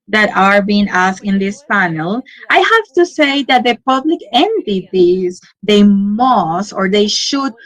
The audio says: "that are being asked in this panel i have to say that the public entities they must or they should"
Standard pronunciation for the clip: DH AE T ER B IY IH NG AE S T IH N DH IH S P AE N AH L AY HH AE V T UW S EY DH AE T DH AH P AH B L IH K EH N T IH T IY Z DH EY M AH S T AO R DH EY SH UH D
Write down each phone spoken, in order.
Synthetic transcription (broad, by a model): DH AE T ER B IY IH NG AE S IH N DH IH S P AE N AH L AY HH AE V T UW S EY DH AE T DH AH P AH B L IH K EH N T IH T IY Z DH EY M AH S T AO R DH EY SH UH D